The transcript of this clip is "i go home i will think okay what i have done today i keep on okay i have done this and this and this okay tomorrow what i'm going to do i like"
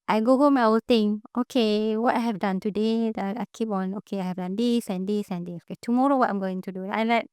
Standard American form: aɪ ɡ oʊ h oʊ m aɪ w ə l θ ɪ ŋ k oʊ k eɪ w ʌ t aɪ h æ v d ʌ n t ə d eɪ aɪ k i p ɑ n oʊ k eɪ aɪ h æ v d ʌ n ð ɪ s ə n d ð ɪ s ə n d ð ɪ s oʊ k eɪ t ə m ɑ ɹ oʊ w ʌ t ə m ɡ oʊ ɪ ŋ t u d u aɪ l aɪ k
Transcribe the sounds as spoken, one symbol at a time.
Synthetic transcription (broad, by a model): aɪ ɡ oʊ h oʊ m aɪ w ə l t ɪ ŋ oʊ k eɪ w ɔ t aɪ h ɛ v d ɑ n t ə d eɪ aɪ k i p ɑ n oʊ k eɪ aɪ h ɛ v d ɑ n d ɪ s ə n d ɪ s ə n d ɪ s oʊ k eɪ t ə m ɑ ɹ oʊ w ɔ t ə m ɡ oʊ ɪ ŋ t u d u aɪ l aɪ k